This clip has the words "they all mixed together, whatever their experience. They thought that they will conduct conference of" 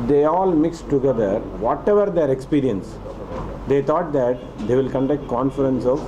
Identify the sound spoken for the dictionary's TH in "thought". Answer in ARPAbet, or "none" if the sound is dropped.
T